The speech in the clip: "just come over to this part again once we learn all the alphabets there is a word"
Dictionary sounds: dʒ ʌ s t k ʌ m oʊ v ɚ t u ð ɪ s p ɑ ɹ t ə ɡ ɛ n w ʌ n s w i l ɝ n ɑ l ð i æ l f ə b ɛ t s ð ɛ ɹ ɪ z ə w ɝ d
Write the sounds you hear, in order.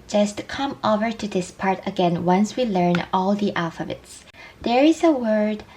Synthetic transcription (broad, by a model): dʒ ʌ s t k ʌ m oʊ v ɚ t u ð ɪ s p ɑ ɹ t ə ɡ ɛ n w ʌ n s w i l ɝ n ɑ l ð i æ l f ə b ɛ t s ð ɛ ɹ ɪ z ə w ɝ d